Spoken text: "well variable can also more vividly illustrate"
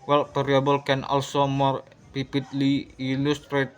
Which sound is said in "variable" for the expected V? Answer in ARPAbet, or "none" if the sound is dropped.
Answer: P